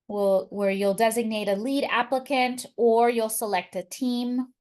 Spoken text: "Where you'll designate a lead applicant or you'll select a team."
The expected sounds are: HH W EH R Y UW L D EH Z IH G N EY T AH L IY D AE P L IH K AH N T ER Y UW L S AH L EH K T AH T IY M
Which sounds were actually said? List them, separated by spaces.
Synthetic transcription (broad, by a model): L W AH R Y UW L D EH Z IH G N EY T AH L IY D AE P L IH K AH N T ER Y UW L S AH L EH K T AH T IY M